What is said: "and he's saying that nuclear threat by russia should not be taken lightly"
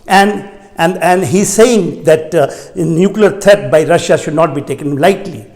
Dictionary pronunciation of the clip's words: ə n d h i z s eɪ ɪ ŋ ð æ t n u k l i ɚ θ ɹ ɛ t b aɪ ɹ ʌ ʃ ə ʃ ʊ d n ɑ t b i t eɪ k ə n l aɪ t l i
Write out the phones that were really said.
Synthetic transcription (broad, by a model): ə n d h i z s eɪ ɪ ŋ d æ t n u k l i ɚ t ɹ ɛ t b aɪ ɹ ʌ ʃ ə ʃ ʊ d n ɑ t b i t eɪ k ə n l aɪ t l i